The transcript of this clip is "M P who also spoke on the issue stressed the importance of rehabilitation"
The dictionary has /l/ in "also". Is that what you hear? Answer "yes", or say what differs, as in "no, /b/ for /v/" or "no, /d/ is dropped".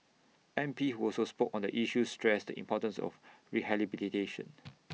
yes